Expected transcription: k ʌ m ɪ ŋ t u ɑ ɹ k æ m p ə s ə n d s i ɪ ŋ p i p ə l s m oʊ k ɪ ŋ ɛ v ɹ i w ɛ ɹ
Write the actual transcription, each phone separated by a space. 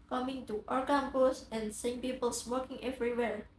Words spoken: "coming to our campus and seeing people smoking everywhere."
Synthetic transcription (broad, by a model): k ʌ m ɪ ŋ t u ɑ ɹ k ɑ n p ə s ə n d s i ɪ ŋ p i p ə l s m oʊ k ɪ ŋ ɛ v ɹ i w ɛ ɹ